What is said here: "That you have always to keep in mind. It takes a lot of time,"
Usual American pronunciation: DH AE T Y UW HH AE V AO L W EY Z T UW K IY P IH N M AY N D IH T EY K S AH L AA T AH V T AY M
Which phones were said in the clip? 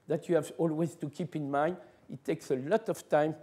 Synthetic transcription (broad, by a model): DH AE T Y UW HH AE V AO L W EY Z T UW K IY P IH N M AY N D IH T EY K S AH L AA T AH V T AY M